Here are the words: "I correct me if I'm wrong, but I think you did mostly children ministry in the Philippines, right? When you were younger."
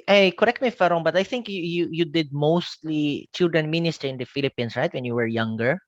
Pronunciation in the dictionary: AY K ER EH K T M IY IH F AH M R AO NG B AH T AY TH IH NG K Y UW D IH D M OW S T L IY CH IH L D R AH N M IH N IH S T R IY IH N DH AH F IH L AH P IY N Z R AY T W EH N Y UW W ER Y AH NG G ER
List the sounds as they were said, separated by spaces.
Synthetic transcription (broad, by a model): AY K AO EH K T M IY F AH R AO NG B AH T AY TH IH NG K Y UW D IH D M OW S T L IY CH IH L D R AH N M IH N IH S T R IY IH N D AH F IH L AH P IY N S R AY T W EH N Y UW W ER Y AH NG G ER